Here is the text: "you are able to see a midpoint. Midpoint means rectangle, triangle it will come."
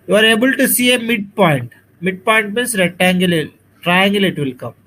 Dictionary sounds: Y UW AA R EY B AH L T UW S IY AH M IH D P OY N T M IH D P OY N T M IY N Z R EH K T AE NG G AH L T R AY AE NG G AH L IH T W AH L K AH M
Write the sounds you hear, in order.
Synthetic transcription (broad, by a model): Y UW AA R EY B AH L T UW S IY AH M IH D P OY N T M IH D P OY N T M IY N S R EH T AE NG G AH L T R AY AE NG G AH L IH T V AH L K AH M